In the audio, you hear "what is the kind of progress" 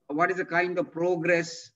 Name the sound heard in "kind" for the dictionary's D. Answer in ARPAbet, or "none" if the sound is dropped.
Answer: D